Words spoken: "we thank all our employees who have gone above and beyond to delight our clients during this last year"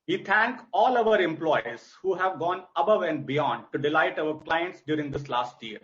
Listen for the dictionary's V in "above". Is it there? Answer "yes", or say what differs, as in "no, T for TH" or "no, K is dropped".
yes